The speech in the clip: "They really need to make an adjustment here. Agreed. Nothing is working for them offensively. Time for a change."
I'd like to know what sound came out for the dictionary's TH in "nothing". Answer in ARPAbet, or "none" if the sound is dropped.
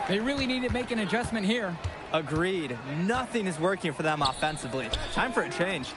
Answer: TH